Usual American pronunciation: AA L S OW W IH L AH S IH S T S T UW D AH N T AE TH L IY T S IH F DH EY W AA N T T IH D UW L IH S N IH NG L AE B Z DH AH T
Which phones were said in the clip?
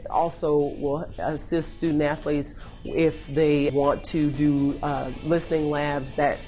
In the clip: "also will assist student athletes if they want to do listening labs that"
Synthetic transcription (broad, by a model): AA L S OW W IH L AH S IH S T S T UW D N T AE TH L IY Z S IH F DH EY W AA N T T IH D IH L IH S N IH NG L AE B Z DH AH T